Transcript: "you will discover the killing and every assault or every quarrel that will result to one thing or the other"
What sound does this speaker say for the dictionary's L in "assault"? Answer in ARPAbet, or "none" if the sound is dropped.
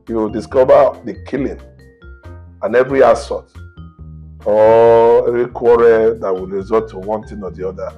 none